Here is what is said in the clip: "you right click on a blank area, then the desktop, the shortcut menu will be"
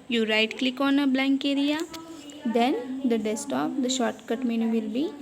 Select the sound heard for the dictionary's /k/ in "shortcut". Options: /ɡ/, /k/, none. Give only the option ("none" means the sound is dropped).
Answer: /k/